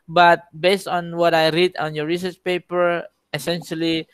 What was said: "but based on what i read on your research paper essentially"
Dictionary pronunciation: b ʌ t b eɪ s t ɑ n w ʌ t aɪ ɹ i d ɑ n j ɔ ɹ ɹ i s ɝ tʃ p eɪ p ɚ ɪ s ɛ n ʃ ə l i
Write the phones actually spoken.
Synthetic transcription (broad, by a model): b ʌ t b eɪ s t ɑ n w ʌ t aɪ ɹ i d ɑ n j ɔ ɹ ɹ i s ɝ tʃ p eɪ p ɚ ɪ s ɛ n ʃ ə l i